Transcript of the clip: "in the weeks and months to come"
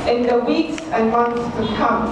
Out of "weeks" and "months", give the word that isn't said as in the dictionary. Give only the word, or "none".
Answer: months